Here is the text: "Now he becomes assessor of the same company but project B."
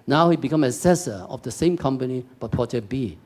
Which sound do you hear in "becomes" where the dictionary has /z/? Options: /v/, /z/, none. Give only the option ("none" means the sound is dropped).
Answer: none